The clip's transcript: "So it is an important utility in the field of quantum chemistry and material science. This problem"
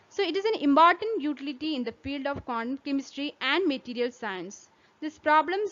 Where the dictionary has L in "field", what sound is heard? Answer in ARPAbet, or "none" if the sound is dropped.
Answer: L